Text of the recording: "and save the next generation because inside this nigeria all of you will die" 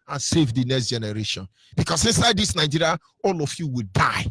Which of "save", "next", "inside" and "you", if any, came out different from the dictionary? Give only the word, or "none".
none